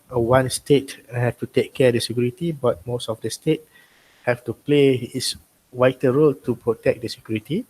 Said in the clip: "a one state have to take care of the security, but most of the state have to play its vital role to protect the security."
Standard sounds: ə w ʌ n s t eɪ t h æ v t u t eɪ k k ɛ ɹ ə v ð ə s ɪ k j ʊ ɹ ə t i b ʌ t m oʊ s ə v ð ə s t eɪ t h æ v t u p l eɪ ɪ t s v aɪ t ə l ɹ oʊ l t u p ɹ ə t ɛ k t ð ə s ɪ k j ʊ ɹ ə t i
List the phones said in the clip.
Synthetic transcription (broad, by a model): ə w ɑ n s t eɪ t h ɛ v t u t eɪ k k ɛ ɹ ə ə s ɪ k j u ɹ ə t i b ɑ t m oʊ s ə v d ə s t eɪ t h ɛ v t u p l eɪ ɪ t s w aɪ t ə ɹ oʊ l t u p ɹ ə t ɛ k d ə s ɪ k j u ɹ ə t i